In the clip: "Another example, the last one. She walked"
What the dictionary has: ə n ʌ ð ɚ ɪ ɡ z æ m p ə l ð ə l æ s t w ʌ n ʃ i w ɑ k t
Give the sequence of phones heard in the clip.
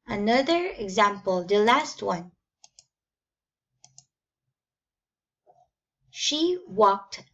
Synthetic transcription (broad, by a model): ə n ʌ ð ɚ ɪ ɡ z æ m p ə l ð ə l æ s t w ʌ n ʃ i w ɑ k t